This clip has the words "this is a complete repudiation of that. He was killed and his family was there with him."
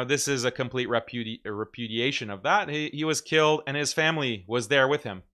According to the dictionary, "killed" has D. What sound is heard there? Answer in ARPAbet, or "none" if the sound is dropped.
D